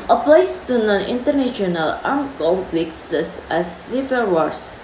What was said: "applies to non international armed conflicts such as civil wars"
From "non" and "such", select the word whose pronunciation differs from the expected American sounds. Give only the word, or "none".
such